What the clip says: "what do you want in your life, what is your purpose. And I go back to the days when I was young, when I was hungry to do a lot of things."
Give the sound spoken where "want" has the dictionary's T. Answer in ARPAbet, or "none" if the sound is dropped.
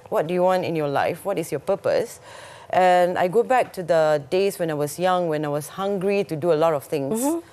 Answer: T